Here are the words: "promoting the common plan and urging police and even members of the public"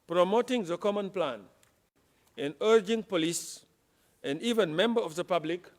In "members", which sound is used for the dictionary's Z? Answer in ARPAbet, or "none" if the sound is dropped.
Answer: none